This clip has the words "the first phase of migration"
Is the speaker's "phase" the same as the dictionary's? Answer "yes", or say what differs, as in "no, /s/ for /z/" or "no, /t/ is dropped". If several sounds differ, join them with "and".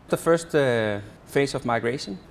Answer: no, /s/ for /z/